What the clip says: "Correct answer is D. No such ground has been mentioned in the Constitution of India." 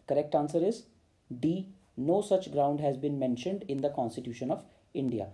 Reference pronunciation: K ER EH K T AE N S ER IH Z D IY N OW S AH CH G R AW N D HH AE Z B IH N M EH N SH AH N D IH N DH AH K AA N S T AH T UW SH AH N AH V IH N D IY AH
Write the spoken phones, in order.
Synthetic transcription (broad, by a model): K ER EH K T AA N S ER IH Z D IY N OW S AH CH G R AW N D HH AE Z B IH N M EH N SH AH N D IH N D AH K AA N S T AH T UW SH AH N AH V IH N D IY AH